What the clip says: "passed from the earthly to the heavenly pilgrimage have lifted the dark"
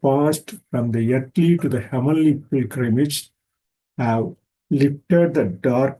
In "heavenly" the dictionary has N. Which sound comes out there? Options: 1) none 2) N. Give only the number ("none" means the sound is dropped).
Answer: 1